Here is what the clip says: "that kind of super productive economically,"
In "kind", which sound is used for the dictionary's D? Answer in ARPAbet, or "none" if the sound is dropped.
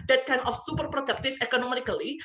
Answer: none